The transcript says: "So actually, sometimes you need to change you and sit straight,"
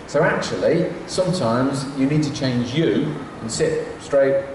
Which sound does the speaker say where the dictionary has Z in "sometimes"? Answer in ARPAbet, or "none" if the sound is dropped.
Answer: Z